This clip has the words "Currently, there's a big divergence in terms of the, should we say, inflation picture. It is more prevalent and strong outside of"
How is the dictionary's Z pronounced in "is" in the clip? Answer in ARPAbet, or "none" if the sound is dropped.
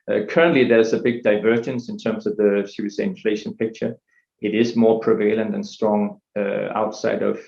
Z